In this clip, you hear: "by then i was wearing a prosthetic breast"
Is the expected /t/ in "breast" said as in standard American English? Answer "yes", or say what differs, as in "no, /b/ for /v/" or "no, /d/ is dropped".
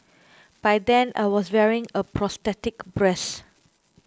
no, /t/ is dropped